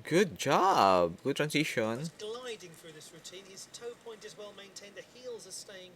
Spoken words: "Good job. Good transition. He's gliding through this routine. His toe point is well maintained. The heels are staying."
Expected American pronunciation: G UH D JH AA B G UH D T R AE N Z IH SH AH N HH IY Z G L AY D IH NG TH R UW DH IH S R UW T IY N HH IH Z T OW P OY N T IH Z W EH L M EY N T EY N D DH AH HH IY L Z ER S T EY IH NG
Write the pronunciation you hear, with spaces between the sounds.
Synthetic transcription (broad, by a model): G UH D JH AA B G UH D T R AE N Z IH SH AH N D L AY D IH NG TH R UW DH IH S R UW T IY N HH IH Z T OW P OY N T IH Z W EH L M EY N T EY N DH AH HH IY L Z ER S T EY IH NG